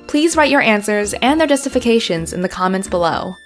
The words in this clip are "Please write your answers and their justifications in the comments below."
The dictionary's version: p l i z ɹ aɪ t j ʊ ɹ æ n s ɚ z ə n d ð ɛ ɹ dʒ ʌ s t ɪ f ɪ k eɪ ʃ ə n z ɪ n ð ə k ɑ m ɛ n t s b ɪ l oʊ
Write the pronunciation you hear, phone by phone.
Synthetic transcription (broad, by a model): p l i z ɹ aɪ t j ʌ ɹ æ n s ɚ z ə n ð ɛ ɹ dʒ ʌ s t ɪ f ɪ k eɪ ʃ ə n z ɪ n ð ə k ɑ m ɛ n t s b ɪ l oʊ